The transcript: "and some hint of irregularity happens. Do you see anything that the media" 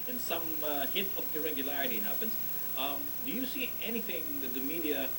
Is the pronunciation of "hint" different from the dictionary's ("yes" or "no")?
yes